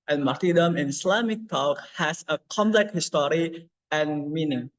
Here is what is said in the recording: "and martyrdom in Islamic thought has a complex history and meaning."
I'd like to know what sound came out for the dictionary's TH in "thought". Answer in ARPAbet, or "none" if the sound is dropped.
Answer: T